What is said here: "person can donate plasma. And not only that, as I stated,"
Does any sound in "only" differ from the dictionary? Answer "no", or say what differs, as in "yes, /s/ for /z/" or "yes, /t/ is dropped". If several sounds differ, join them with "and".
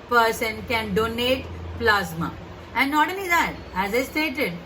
yes, /n/ is dropped